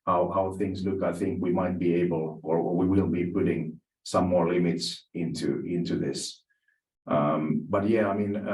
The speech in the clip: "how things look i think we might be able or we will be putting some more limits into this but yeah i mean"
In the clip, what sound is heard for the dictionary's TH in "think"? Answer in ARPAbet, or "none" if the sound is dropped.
TH